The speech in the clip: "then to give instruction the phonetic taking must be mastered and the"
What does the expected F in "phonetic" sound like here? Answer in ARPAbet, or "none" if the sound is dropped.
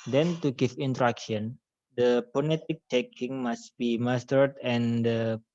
P